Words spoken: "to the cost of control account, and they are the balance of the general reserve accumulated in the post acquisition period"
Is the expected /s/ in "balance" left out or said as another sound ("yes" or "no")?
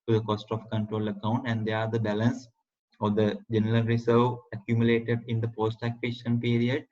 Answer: no